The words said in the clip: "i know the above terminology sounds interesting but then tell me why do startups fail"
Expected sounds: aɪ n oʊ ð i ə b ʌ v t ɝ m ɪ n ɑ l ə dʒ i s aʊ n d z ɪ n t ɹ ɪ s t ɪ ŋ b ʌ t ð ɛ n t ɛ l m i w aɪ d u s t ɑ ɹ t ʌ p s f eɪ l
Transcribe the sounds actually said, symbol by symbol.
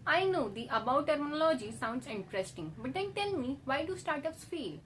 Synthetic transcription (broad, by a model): aɪ n oʊ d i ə b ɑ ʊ t ɝ m ɪ n ɑ l ə dʒ i s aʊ n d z ɪ n t ɹ ɪ s t ɪ ŋ b ʌ t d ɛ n t ɛ l m i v aɪ d u s t ɑ ɹ t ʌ s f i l